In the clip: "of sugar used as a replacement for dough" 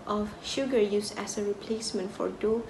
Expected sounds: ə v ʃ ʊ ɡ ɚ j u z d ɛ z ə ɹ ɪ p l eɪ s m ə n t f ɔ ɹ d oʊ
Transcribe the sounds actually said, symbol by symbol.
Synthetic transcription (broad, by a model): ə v ʃ ʊ ɡ ɚ j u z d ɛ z ə ɹ ɪ p l eɪ s m ə n t f ɔ ɹ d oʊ